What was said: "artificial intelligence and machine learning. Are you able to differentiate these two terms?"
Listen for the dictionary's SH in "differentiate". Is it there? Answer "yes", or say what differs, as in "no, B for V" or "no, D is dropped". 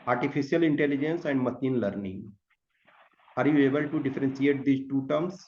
no, S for SH